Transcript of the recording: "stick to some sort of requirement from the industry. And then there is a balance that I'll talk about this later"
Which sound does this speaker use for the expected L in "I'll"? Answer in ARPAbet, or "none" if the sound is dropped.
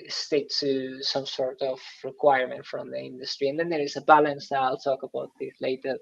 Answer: L